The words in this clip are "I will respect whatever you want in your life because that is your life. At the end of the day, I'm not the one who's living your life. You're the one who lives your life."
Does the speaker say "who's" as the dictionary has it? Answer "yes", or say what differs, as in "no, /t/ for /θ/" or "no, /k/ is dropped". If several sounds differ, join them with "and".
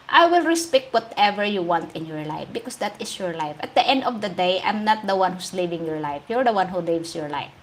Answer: no, /s/ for /z/